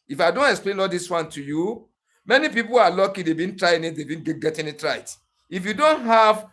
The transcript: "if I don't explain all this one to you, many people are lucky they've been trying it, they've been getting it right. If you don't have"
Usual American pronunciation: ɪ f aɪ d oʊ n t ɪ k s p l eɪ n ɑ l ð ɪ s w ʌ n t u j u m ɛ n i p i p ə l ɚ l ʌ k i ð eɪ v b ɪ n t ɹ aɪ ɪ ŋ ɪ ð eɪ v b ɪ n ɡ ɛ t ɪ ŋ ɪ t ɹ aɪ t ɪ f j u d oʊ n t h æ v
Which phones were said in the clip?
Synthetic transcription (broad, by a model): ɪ f aɪ d oʊ n t ɪ k s p l eɪ n ɑ l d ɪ s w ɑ n t u j u m ɛ n i p i p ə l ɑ l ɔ k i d eɪ b ɪ n t ɹ aɪ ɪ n ɪ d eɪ b ɪ n ɡ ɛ t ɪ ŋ ɪ t ɹ aɪ t ɪ f j u d oʊ n t h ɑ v